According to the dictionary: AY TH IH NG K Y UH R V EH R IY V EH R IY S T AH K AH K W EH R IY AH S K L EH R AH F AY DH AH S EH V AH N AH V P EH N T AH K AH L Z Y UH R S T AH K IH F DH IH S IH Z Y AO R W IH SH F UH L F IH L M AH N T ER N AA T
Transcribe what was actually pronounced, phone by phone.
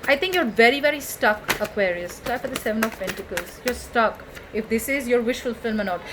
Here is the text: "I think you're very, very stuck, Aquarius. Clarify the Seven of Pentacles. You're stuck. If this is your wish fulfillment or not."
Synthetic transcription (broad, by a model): AY T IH NG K Y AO R V EH R IY V EH R IY S T AH K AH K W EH R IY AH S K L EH AH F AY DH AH S EH V AH N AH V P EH N T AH K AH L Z Y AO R S T AH K IH F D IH S IH Z Y AO R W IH SH F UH L F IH L M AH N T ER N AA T